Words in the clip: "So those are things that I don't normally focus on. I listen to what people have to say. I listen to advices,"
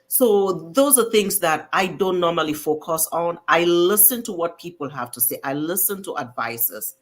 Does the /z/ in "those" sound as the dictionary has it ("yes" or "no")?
yes